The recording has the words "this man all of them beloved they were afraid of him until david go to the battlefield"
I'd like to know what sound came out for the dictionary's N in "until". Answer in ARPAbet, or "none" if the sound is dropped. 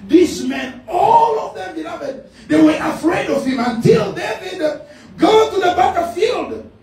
N